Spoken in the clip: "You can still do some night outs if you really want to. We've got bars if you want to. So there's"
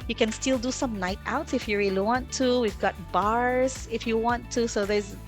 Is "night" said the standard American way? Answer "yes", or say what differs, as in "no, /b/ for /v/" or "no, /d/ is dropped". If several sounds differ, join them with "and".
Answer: yes